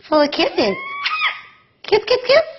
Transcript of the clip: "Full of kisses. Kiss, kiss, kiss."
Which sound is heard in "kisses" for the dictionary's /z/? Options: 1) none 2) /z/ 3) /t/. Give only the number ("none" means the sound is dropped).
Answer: 1